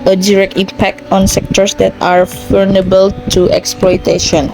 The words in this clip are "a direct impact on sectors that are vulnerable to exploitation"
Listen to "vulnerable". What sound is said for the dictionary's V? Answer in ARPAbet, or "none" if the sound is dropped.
F